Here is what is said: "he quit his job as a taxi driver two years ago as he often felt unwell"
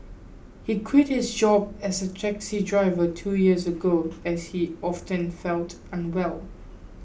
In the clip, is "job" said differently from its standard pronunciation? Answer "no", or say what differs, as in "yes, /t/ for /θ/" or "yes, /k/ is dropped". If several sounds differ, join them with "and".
no